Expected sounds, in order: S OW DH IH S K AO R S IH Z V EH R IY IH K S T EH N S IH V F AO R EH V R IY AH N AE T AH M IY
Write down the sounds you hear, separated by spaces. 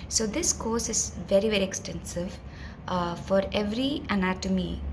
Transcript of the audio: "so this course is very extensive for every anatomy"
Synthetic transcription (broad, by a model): S OW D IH S K AO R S IH Z V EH R IY IH K S T EH N S IH V F AO R EH V R IY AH N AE T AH M IY